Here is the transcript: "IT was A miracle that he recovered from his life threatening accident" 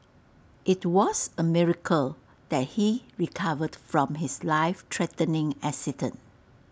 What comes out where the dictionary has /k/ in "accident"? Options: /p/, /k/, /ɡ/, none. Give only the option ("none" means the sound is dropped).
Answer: none